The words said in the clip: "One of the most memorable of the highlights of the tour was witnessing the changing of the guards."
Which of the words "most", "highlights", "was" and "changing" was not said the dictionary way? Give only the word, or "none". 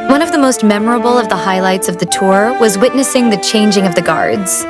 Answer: none